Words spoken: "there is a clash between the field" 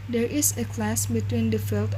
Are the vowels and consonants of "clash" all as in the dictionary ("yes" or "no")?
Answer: no